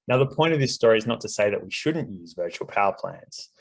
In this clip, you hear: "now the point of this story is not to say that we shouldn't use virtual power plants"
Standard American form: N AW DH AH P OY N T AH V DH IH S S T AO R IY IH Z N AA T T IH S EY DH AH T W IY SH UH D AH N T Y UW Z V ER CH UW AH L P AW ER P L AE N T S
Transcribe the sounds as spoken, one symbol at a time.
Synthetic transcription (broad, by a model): N AW DH AH P OY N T AH V DH IH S S T AO R IY IH Z N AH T T IH S EY DH AH T W IY SH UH D N T Y UW Z V ER CH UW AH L P AW ER P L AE N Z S